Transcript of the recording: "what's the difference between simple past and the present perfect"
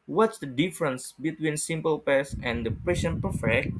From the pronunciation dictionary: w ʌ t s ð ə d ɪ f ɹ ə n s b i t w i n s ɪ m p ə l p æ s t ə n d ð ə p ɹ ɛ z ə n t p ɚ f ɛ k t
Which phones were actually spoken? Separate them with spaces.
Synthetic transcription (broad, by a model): w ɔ t s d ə d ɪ f ɹ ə n s b i t w i n s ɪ m p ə l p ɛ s ə n d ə p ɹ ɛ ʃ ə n p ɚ f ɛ k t